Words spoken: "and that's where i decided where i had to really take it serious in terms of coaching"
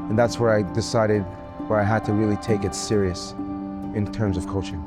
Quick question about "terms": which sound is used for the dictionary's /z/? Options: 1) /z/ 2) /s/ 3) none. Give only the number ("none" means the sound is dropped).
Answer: 1